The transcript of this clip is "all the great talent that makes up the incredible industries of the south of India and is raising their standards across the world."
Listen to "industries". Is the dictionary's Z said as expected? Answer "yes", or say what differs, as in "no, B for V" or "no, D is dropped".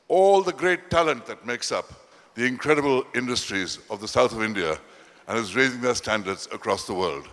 yes